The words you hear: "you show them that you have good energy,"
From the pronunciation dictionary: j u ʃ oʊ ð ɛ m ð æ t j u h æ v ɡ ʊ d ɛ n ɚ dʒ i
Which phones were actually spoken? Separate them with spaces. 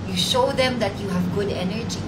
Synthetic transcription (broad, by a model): j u ʃ oʊ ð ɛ m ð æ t j u h æ v ɡ ʊ d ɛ n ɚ dʒ i